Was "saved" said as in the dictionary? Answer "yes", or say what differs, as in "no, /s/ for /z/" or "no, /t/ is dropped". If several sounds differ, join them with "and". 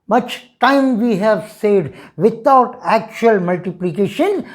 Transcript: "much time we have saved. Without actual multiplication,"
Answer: no, /v/ is dropped